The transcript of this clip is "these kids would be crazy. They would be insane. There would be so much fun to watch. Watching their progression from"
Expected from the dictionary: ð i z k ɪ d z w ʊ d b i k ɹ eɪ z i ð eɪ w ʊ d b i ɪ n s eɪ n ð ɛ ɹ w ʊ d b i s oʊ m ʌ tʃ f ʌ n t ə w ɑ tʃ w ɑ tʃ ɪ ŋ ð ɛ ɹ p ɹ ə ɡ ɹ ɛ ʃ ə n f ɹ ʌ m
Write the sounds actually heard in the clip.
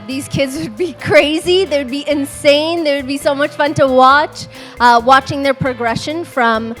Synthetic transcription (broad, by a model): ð i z k ɪ d z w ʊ d b i k ɹ eɪ z i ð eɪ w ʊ d b i ɪ n s eɪ n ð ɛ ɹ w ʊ d b i s oʊ m ʌ tʃ f ʌ n t ə w ɑ tʃ w ɑ tʃ ɪ ŋ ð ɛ ɹ p ɹ ə ɡ ɹ ɛ ʃ ə n f ɹ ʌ m